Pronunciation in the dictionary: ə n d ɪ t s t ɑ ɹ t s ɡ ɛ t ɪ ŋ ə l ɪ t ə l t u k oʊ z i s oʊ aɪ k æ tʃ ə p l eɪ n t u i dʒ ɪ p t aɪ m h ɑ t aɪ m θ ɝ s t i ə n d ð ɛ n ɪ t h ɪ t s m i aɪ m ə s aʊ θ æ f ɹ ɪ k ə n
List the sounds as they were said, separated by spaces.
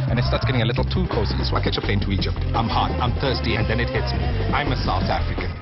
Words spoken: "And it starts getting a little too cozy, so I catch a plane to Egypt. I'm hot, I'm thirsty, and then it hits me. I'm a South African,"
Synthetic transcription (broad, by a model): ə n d ɪ t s t ɑ t s ɡ ɛ t ɪ ŋ ə l ɪ t l t u k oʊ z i s oʊ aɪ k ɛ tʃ ə p l eɪ n t u i dʒ ɪ p t aɪ m h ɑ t aɪ m θ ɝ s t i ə n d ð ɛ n ɪ t h ɪ t s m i aɪ m ə s aʊ θ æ f ɹ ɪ k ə